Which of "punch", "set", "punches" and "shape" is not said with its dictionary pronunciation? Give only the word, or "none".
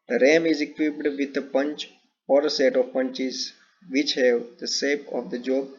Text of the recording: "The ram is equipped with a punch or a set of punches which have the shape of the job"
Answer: shape